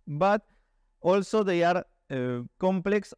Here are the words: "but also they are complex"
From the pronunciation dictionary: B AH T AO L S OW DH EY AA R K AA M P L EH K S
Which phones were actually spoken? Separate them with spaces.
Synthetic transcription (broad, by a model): B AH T AO L S OW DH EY AA R K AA M P L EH K S